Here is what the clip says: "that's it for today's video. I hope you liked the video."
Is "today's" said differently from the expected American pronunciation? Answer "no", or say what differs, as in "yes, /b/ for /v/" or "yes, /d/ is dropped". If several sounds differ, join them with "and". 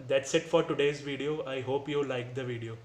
no